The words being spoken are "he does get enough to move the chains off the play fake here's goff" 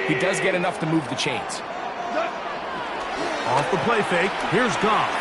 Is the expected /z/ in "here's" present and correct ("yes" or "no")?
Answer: yes